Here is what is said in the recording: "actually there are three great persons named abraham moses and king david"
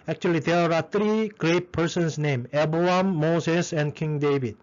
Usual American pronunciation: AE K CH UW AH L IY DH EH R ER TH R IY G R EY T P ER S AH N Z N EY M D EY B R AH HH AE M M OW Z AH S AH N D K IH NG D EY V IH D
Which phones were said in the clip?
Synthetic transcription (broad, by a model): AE K CH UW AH L IY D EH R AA T R IY G R EY T P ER S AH N S N EY M EY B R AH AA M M OW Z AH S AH N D K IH NG D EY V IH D